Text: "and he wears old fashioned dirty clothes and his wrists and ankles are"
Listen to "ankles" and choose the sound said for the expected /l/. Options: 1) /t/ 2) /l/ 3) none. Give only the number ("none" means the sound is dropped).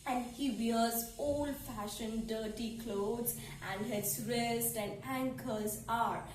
3